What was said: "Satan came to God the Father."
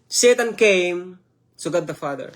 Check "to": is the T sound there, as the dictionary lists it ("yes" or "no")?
no